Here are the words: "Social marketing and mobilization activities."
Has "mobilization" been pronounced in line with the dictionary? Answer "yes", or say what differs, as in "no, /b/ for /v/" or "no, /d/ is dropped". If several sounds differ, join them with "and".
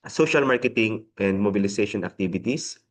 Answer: no, /s/ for /z/